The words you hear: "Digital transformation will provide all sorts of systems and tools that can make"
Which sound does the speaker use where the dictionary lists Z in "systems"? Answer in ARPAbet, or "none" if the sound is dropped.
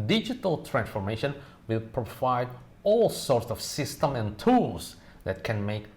none